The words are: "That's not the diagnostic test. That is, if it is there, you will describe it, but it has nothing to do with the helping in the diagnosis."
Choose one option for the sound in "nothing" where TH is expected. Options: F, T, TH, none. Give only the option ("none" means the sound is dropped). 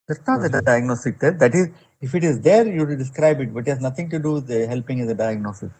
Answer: T